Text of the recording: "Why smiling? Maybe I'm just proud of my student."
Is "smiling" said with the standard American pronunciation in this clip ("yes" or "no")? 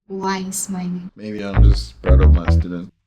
no